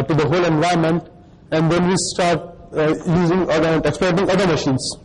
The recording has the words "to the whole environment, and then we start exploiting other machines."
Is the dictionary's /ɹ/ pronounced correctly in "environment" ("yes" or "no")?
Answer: no